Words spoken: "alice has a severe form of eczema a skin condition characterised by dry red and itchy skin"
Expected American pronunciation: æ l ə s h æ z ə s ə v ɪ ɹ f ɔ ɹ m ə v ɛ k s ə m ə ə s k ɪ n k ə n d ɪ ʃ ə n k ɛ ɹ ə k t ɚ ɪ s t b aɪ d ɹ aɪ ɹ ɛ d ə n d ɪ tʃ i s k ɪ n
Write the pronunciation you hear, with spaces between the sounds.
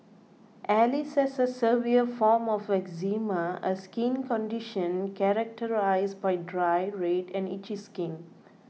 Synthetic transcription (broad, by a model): æ l ə s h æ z ə s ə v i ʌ f ɔ ɹ m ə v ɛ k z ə m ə ə s k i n k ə n d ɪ ʃ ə n k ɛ ɹ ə k t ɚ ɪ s b aɪ d ɹ aɪ ɹ ɛ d ə n d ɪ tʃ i s k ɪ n